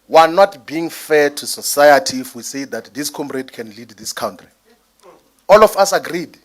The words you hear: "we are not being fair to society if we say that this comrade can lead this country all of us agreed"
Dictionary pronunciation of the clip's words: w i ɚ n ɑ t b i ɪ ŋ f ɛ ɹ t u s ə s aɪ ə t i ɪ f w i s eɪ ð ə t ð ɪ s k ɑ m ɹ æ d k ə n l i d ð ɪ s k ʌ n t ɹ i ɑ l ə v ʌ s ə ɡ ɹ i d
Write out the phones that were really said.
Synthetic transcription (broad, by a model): w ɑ n ɑ t b i ɪ ŋ f ɛ t u s ə s aɪ ə t i f w i s eɪ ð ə t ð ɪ s k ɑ m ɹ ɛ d k ə n l i d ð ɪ s k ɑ n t ɹ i ɑ l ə f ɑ s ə ɡ ɹ i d